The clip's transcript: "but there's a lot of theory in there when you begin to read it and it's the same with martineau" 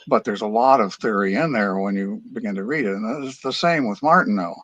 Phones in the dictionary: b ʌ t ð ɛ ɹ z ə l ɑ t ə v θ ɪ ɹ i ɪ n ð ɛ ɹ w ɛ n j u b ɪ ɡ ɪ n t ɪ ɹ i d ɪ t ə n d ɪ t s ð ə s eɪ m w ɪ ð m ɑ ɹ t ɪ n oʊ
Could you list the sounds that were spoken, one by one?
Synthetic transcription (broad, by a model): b ʌ t ð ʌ ɹ z ə l ɑ t ə v θ ɪ ɹ i ɪ n ð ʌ ɹ w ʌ n j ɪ b ɪ ɡ ɪ n t ɪ ɹ i d ɪ t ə n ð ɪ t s ð ə s eɪ m w ɪ ð m ɑ ɹ t n oʊ